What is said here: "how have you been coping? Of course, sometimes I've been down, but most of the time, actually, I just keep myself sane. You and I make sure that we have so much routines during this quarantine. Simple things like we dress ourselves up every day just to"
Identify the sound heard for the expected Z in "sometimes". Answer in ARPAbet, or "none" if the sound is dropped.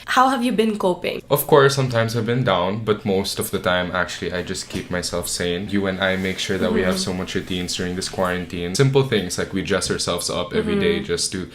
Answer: S